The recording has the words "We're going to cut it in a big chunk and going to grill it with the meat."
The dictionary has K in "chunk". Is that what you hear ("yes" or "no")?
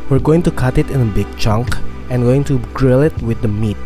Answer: yes